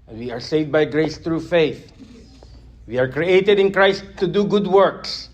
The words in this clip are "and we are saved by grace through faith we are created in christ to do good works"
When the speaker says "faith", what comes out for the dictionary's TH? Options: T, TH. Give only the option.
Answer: TH